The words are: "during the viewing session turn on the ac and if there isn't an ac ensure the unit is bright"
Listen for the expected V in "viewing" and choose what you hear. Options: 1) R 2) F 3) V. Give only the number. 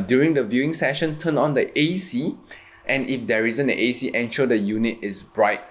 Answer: 3